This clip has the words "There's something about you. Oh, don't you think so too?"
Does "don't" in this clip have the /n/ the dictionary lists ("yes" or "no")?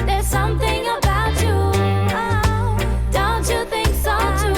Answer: yes